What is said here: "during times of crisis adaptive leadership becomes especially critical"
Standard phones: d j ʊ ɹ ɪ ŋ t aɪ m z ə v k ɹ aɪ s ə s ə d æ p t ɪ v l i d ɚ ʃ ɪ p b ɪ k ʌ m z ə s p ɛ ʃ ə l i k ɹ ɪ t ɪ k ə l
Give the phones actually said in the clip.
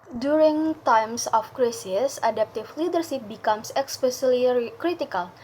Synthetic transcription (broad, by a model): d j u ɹ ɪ ŋ t aɪ m s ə f k ɹ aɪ s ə s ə d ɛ p t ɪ f l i d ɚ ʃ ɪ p b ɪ k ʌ m s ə s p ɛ s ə l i k ɹ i t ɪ k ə l